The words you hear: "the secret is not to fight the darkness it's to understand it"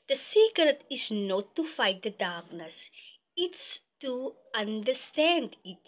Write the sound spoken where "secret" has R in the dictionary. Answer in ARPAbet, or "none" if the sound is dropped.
none